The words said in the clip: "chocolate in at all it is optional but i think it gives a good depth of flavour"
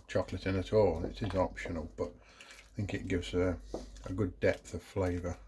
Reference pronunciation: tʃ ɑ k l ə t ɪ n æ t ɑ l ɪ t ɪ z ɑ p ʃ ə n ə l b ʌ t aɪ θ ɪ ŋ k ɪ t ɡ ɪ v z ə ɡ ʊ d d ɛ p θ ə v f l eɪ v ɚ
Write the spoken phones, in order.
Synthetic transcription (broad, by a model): tʃ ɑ k l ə t ɪ n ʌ t ɑ l ɪ t ɪ z ɑ p ʃ ə n ə l b ʌ t aɪ θ ɪ ŋ k ɪ t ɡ ɪ v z ə ɡ ʊ d d ɛ p θ ə v f l eɪ v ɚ